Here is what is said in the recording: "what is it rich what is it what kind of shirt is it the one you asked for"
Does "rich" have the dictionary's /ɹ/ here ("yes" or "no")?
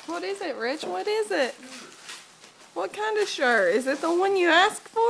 yes